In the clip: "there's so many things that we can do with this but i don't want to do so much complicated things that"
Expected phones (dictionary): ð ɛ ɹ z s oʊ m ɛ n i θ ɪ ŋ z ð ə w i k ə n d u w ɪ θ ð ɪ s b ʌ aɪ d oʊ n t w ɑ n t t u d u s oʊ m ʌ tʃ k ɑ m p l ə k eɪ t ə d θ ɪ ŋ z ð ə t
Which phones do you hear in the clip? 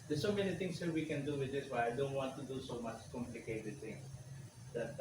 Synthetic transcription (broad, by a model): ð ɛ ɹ s oʊ m ɛ n i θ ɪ ŋ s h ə w i k ə n d u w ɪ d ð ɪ s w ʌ aɪ d oʊ n t w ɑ n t t u d u s oʊ m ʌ tʃ k ɑ m p l ə k eɪ t ə d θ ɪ ŋ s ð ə t